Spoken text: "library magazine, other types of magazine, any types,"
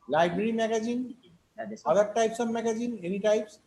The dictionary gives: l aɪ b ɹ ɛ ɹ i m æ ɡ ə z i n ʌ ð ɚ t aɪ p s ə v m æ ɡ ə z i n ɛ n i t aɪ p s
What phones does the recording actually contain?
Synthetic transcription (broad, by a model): l aɪ b ɹ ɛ ɹ i m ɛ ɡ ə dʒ i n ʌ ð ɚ t aɪ p s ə b m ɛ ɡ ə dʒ i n ɛ n i t aɪ p s